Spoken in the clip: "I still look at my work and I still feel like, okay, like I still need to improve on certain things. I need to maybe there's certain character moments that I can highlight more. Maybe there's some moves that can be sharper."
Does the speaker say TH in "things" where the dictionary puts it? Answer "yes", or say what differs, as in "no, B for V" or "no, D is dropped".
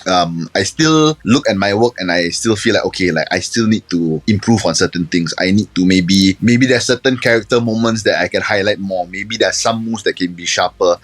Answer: no, T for TH